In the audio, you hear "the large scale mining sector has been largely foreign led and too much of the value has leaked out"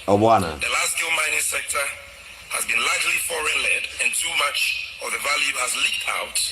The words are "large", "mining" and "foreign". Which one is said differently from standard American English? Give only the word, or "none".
large